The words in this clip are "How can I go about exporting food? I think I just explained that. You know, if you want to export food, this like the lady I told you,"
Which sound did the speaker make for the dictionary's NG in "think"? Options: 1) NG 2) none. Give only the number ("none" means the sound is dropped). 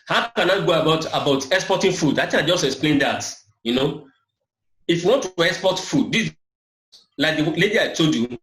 2